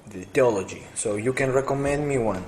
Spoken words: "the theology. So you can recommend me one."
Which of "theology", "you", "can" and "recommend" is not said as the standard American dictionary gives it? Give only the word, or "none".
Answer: theology